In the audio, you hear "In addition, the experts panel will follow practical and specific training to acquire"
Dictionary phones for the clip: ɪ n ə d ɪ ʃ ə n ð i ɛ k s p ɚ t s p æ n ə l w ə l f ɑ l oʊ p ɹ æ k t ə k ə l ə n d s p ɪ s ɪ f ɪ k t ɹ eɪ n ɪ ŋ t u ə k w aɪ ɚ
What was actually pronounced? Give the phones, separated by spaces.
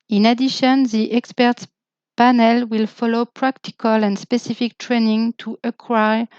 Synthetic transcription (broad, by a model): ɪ n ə d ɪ ʃ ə n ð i ɛ k s p ɚ t s p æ n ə l w ə l f ɑ l oʊ p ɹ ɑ k t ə k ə l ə n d s p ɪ s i f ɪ k t ɹ eɪ n ɪ ŋ t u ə k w aɪ